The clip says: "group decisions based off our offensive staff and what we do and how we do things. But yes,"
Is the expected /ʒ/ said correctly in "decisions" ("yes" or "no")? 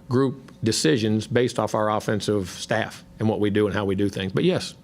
yes